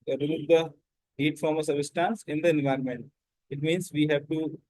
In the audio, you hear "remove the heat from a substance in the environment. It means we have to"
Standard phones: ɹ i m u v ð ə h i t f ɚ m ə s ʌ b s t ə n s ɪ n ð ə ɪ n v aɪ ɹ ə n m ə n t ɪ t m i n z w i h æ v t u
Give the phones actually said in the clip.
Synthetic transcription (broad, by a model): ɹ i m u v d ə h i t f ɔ m ə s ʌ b s t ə n s ɪ n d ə ɪ n v aɪ ɹ ə n m ə n t ɪ t m i n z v i h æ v t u